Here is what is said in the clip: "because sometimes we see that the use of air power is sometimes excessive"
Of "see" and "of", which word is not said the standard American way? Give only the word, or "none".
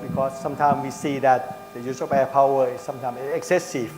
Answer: of